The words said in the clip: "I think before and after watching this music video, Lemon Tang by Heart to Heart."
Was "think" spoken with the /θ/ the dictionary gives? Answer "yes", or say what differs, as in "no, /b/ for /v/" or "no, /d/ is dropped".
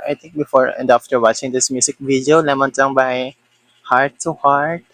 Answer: no, /t/ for /θ/